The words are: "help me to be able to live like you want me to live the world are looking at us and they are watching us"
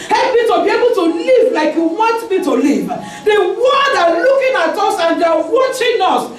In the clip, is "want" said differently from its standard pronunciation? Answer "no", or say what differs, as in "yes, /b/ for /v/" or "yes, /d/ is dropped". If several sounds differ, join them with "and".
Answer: yes, /n/ is dropped